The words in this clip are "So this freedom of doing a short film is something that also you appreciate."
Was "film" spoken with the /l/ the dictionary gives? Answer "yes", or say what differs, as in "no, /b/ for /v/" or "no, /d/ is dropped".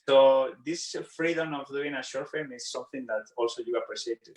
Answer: no, /l/ is dropped